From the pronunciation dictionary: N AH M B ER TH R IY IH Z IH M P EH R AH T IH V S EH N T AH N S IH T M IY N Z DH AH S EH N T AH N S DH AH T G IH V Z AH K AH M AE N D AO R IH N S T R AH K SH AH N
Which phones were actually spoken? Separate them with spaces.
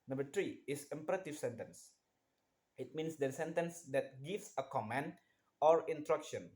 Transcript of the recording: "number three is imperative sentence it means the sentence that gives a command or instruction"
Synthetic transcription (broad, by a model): N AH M B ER T R IY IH S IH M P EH R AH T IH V S EH N T AH N S IH T M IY N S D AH S EH N T AH N S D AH T G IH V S AH K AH M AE N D AO R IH N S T R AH K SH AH N